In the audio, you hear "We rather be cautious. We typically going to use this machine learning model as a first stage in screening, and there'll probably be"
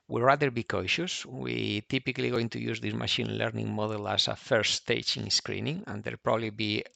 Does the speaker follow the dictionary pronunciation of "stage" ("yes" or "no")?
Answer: no